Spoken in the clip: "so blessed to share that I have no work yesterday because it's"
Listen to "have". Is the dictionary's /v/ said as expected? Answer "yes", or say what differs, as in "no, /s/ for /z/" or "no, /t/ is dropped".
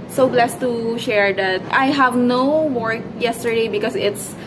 yes